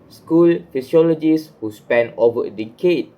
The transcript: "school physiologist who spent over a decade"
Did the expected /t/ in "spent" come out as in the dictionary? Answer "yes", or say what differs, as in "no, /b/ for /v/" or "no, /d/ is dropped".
no, /t/ is dropped